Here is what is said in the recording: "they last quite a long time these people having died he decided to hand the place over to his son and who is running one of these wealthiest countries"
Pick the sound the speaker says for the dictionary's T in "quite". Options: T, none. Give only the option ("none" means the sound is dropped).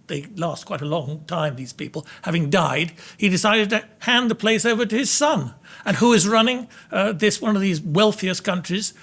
T